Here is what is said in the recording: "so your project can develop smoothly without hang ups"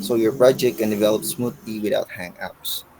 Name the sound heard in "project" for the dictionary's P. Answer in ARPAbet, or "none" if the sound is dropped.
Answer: B